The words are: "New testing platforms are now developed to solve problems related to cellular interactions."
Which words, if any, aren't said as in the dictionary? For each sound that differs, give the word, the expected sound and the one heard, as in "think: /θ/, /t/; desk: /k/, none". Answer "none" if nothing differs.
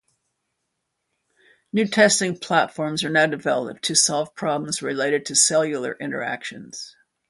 none